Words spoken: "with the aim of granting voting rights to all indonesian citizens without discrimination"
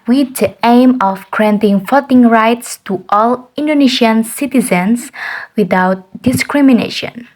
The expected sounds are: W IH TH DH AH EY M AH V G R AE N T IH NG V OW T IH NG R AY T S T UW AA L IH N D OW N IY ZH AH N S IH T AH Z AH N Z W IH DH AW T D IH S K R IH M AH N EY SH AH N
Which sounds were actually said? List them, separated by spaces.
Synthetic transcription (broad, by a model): W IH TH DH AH EY M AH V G R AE N T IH NG F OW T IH NG R AY T S T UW AA L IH N D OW N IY SH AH N S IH T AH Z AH N S W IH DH AW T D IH S K R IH M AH N EY SH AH N